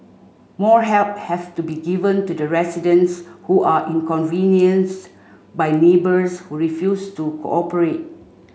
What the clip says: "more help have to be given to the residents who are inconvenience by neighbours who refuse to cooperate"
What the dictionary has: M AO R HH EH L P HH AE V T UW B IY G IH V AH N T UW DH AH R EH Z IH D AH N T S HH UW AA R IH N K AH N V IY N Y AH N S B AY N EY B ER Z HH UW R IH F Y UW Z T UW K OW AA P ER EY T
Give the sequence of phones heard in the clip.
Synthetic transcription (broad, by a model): M AO R HH EH L P HH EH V T UW B IY G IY V AH N T UW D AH R EH S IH D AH N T S HH UW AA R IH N K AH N V IY N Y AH N S B AY N EY B ER S HH UW R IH F Y UW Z T UW K OW AA P ER EY T